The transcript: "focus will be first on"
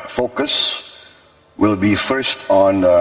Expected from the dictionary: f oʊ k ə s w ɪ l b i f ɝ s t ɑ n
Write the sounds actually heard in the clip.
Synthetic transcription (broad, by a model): f oʊ k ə s w ɪ l b i f ɝ s t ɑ n